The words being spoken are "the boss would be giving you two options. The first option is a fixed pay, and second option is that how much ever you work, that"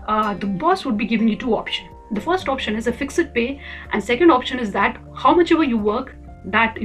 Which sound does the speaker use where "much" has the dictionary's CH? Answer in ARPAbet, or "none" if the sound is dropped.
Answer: CH